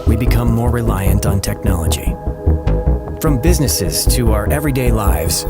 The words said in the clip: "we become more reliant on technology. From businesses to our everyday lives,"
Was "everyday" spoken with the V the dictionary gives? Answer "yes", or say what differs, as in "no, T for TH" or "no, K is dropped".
yes